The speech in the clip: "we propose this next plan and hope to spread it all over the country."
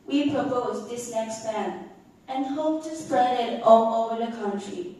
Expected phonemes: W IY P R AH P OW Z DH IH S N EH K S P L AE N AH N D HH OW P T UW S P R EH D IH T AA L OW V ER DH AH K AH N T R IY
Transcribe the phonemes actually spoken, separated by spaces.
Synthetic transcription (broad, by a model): W IY P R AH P OW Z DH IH S N EH K S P AE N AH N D HH OW P T UW S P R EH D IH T AA L OW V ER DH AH K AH N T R IY